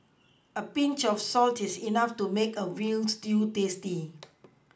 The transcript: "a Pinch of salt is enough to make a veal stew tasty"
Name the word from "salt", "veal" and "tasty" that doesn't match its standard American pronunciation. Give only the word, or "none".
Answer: veal